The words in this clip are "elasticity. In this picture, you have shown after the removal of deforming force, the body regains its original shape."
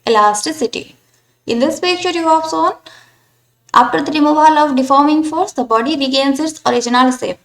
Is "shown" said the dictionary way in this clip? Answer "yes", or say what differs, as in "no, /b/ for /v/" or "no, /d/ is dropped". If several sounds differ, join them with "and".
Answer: no, /s/ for /ʃ/